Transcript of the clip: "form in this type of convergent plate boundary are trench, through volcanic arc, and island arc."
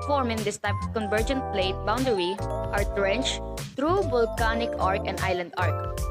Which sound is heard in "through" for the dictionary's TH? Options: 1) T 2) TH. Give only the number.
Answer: 1